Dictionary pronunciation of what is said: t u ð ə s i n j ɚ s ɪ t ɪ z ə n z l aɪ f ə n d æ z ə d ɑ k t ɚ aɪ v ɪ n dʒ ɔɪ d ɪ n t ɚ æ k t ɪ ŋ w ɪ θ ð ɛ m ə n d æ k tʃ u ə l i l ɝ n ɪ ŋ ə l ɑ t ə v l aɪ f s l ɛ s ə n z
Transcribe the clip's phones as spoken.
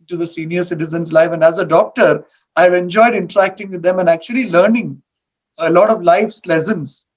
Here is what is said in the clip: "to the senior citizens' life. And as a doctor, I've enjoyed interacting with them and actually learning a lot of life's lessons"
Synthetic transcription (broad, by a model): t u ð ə s i n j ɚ s ɪ t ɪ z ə n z l aɪ f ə n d æ z ə d ɑ k t ɚ aɪ v ɪ n dʒ ɔɪ d ɪ n t ɚ æ k t ɪ ŋ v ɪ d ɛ m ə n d æ k tʃ u ə l i l ɝ n ɪ ŋ ə l ɑ t ə v l aɪ f s l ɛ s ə n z